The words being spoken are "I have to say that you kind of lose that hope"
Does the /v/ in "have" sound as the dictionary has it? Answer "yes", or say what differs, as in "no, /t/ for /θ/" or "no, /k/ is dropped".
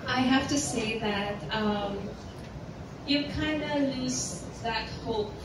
no, /f/ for /v/